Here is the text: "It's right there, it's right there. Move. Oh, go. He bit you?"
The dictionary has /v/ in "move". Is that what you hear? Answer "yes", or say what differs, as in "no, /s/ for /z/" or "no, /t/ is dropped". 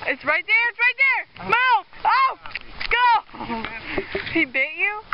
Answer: no, /v/ is dropped